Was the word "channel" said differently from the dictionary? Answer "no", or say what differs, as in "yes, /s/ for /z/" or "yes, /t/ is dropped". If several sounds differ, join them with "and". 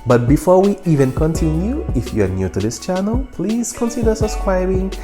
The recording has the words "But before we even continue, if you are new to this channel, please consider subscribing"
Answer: no